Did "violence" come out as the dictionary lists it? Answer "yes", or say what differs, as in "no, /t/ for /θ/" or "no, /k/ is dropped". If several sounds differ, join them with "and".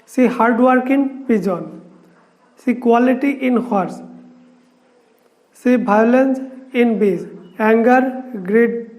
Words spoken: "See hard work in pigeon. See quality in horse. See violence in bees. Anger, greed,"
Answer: no, /b/ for /v/